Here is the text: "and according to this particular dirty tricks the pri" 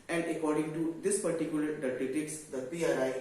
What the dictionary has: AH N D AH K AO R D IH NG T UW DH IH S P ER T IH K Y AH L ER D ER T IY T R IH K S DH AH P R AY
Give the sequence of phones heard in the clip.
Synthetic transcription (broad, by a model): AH N D AH K AO R D IH NG T UW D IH S P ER T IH K Y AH L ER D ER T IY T IH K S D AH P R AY